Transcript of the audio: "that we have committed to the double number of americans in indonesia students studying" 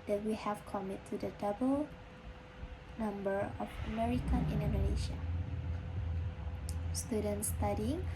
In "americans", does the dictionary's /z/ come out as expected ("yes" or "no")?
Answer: no